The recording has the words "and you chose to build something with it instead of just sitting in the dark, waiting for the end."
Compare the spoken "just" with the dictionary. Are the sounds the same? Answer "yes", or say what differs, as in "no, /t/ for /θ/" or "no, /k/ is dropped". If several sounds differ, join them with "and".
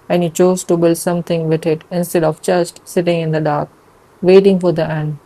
no, /tʃ/ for /dʒ/